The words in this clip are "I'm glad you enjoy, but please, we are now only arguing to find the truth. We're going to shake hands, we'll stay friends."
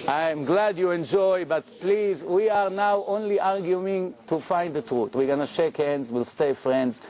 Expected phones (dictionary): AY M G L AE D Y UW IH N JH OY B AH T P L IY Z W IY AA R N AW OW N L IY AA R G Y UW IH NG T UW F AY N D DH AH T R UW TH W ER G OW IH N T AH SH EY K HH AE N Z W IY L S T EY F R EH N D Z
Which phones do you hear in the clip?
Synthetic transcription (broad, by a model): AY M G L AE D Y UW IH N JH OY B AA T P L IY Z W IY AA R N AW OW N L IY AA R G Y UW IH NG T UW F AY N D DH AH T R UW T W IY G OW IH N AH SH EY K HH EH N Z W IY L S T EY F R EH N D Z